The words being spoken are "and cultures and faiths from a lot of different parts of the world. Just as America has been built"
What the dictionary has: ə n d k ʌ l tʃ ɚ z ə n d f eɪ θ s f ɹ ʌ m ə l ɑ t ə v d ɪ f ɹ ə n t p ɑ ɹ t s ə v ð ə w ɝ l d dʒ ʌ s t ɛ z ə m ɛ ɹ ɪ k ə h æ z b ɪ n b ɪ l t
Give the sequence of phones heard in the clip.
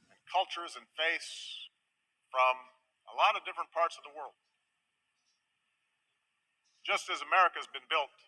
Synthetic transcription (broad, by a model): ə n k ʌ l tʃ ɚ z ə n f eɪ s f ɹ ʌ m ə l ɑ t ə v d ɪ f ɹ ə n p ɑ ɹ t s ə v ð ə w ɝ l d dʒ ʌ s t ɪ z ə m ɛ ɹ ɪ k ə z b ɪ n b ɪ l t